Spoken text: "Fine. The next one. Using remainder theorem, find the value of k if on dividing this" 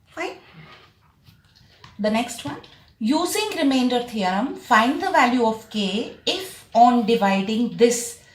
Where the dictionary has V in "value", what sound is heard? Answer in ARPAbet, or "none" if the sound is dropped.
V